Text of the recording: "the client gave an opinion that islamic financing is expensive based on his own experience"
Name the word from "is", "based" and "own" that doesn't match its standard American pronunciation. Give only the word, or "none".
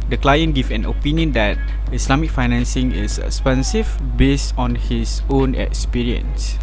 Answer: is